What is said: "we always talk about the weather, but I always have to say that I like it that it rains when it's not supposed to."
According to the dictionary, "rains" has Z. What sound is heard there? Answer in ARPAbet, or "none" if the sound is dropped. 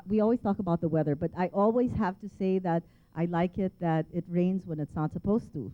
Z